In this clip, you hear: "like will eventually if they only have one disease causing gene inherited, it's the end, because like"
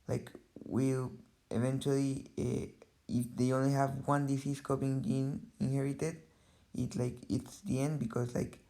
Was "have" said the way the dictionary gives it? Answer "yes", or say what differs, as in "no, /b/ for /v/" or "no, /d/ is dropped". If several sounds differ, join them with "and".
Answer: yes